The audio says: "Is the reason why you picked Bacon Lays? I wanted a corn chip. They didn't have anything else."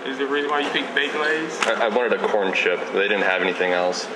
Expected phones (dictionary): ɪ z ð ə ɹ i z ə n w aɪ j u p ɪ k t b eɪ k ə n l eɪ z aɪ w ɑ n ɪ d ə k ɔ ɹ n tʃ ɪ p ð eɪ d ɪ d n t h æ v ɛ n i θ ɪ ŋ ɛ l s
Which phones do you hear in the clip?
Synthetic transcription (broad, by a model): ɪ z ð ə ɹ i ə w aɪ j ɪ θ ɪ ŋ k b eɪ ə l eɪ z aɪ w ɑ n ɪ d ə k ɔ ɹ n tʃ ɪ p ð eɪ d ɪ d n t h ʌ v ɛ n i θ ɪ ŋ ɛ l s